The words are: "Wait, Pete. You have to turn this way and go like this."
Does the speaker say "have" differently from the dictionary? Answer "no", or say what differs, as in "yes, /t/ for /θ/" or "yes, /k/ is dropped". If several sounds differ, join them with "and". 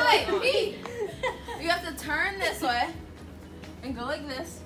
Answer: yes, /f/ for /v/